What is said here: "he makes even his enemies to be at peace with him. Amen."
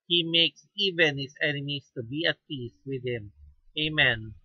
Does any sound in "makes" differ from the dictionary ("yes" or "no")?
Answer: no